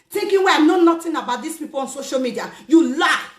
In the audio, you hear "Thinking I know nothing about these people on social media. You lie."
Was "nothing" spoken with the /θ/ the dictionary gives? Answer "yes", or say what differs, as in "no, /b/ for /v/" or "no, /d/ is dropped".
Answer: no, /t/ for /θ/